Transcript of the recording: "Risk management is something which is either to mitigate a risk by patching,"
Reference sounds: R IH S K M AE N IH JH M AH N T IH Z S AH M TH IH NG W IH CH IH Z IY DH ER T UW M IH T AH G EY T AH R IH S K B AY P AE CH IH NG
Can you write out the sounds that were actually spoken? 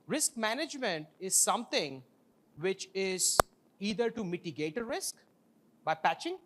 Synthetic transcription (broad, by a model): R IH S K M AE N IH JH M AH N T IH Z S AH M T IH NG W IH CH IH Z IY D ER T UW M IH T AH G EY T AH R IH S K B AY P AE CH IH NG